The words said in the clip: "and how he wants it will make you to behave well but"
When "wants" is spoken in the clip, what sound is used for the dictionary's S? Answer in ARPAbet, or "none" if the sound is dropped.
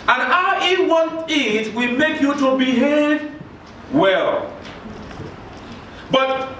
none